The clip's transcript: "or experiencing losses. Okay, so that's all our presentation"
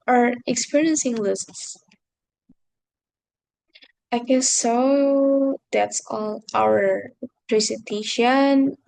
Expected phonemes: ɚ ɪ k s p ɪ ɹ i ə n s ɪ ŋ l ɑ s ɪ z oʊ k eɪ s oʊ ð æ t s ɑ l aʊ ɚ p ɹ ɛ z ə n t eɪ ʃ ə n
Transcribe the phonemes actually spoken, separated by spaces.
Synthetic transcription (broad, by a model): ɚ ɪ k s p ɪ ɹ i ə n s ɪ ŋ l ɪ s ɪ ɪ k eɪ s oʊ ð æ t s ɑ l aʊ ɚ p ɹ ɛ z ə n t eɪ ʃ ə n